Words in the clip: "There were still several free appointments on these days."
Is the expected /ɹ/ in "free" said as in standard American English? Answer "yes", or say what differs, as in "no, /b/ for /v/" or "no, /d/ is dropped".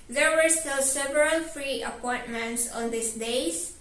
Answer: yes